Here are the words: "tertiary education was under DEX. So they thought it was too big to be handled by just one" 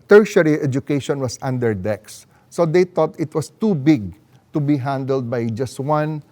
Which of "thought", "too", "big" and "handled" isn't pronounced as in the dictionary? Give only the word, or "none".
thought